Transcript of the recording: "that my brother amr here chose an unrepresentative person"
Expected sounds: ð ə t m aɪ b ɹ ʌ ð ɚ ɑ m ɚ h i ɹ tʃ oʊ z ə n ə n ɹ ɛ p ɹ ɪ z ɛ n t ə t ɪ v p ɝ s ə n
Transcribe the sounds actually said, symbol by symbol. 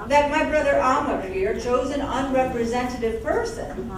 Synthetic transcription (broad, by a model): ð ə t m aɪ b ɹ ʌ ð ɚ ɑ m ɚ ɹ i ɹ tʃ oʊ z ə n ə n ɹ ɛ p ɹ ɪ z ɛ n t ə t ɪ v p ɝ s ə n